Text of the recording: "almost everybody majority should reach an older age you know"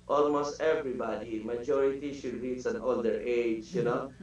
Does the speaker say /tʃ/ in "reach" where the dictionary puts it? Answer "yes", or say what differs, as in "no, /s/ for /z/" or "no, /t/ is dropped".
no, /s/ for /tʃ/